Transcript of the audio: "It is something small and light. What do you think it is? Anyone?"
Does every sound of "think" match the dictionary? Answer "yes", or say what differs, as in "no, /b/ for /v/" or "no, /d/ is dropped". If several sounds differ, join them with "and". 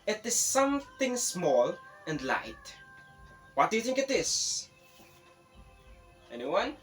yes